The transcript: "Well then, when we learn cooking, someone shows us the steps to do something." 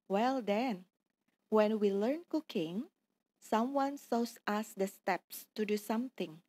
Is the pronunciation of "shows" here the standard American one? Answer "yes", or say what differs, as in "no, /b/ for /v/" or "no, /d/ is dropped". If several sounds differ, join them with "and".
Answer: no, /s/ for /ʃ/ and /s/ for /z/